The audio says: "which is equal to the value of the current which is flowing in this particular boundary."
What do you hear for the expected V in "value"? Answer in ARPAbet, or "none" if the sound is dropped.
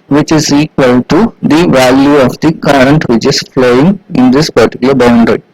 V